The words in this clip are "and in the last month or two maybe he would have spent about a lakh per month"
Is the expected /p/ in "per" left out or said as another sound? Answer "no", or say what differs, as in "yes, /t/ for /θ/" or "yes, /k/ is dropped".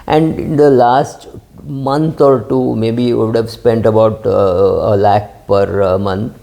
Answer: no